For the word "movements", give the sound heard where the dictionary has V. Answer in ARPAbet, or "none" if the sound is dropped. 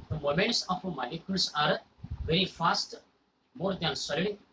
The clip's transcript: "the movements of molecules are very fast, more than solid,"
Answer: none